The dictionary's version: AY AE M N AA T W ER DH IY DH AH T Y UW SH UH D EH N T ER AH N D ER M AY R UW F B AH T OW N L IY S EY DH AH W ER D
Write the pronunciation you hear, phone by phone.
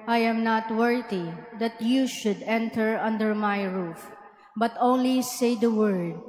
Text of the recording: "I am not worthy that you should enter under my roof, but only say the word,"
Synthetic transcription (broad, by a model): AY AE M N AA T W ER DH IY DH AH T Y UW SH UH D EH N T ER AH N D ER M AY R UW F B AH T OW N L IY S EY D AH W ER D